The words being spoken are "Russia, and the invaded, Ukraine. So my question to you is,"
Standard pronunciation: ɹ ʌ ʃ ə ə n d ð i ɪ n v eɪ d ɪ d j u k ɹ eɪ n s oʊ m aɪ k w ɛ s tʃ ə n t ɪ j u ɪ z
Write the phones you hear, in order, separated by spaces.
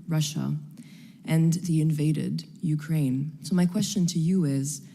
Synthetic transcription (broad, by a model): ɹ ʌ ʃ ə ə n ð i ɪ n v eɪ d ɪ d j u k ɹ eɪ n s oʊ m aɪ k w ɛ s tʃ ə n t ɪ j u ɪ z